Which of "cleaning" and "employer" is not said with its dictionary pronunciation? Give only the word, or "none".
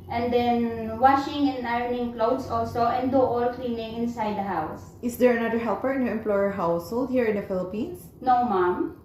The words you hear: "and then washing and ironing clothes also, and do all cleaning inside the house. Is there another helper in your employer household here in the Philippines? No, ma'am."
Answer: none